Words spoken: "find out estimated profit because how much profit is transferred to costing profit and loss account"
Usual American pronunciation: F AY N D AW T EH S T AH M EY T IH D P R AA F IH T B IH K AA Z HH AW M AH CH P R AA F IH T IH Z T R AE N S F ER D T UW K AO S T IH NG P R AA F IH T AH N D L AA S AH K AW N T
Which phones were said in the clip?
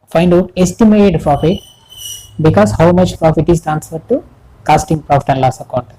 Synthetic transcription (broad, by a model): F AY N D AW T EH S T AH M EY T IH D P R AA F IH T B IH K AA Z HH AW M AH CH P R AA F IH T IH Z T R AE N S ER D T UW K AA S T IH NG P R AA F IH T AH N D L AA S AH K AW N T